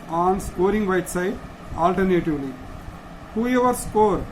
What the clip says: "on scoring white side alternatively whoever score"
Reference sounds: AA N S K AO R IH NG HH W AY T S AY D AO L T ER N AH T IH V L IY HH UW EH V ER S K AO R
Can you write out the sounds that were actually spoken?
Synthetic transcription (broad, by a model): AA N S AO R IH NG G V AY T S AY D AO L T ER N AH T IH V L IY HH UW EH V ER S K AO R